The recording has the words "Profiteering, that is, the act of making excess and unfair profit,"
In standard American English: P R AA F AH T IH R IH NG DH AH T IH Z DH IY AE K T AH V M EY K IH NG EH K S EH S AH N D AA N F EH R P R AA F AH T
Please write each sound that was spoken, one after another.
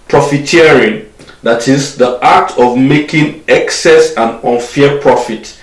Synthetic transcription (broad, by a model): P R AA F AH T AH R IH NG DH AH T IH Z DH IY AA T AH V M EY K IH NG EH K S EH S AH N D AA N F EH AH P R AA F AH T